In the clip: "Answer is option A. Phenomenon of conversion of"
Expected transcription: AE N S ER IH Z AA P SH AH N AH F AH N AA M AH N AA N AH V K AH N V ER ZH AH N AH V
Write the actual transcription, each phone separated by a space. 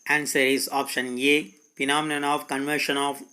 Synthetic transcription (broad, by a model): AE N S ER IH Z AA P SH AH N AH P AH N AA M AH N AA N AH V K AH N V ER SH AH N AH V